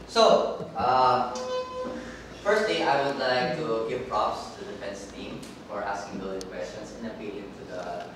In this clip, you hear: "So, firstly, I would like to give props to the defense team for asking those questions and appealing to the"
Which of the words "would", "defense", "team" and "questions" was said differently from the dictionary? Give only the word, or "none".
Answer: questions